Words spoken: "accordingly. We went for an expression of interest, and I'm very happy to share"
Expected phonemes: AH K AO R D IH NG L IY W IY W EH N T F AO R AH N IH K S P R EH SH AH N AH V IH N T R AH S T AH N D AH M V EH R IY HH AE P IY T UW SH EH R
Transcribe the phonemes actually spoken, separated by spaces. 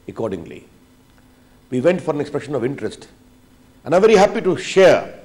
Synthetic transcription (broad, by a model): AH K AO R D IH NG L IY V IY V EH N T F AO R AH N IH K S P R EH SH AH N AH V IH N T R AH S T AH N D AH V EH R IY HH AE P IY T UW SH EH R